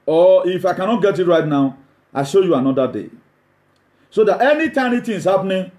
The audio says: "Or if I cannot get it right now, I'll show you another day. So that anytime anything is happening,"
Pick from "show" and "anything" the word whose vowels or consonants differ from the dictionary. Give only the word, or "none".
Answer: anything